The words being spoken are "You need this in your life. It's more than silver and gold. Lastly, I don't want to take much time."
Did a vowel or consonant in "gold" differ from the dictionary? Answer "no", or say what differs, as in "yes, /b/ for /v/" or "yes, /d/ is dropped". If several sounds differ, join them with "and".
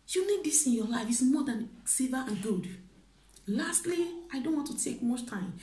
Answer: yes, /l/ is dropped